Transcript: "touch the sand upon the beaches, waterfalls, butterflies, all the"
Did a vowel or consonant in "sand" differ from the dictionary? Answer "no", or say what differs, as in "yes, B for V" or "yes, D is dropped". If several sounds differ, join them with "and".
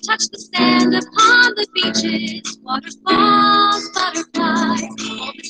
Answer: no